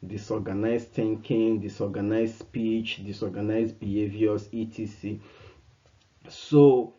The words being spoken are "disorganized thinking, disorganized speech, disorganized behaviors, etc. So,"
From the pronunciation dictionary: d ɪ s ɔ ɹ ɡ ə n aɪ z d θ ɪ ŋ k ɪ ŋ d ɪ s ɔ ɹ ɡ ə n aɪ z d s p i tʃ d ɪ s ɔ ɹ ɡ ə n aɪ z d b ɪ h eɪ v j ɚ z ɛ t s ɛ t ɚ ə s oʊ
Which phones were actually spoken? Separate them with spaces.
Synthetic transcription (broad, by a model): d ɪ s ɔ ɡ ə n aɪ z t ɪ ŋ k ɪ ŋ d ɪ s ɔ ɡ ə n aɪ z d s p i tʃ d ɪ s ɔ ɡ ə n aɪ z b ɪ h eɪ v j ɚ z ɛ t i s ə s oʊ